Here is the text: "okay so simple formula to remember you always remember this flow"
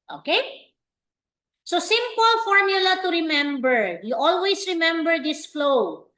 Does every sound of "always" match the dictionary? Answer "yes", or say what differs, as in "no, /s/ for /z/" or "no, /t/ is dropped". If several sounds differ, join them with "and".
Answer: no, /s/ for /z/